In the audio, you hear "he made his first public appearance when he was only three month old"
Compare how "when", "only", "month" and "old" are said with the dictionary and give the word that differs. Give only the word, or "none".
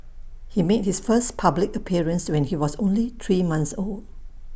month